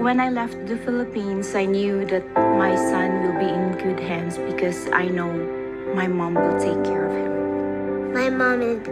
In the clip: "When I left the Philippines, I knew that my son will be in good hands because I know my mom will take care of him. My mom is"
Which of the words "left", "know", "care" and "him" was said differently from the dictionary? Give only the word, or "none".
none